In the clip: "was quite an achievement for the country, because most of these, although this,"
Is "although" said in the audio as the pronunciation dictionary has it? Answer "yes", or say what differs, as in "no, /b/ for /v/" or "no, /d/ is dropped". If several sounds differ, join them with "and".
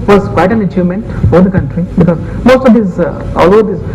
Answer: no, /ð/ is dropped